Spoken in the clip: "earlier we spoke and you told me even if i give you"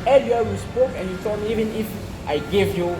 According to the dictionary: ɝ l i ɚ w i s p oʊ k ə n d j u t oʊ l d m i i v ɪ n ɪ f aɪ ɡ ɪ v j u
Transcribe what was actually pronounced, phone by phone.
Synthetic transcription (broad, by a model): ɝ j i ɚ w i s p oʊ k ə n j u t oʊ d m i i v ɪ n ɪ f aɪ ɡ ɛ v j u